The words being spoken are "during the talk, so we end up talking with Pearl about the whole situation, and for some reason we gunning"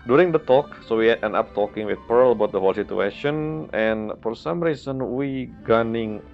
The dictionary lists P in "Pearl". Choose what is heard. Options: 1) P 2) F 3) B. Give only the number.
1